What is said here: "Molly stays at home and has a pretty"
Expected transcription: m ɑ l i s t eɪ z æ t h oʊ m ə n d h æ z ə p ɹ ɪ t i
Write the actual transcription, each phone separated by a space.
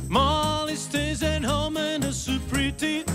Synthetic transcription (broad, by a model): m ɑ l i s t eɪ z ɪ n h oʊ m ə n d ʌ s ə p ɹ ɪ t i